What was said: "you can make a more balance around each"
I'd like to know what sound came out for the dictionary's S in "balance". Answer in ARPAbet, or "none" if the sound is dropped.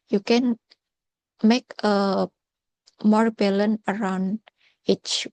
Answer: none